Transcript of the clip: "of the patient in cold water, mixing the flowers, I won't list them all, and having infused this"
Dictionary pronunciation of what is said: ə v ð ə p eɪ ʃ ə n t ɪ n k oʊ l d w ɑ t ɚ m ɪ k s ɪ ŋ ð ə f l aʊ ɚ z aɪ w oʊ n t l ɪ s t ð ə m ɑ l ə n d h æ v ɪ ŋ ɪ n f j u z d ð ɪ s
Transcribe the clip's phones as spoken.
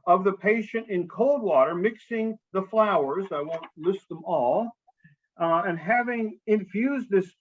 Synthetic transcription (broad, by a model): ə v ð ə p eɪ ʃ ə n t ɪ n k oʊ l d w ɑ t ɚ m ɪ k s ɪ ŋ ð ə f l aʊ ɚ z aɪ w oʊ n t l ɪ s t ð ə m ɑ l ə n h æ v ɪ ŋ ɪ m f j u z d ð ɪ s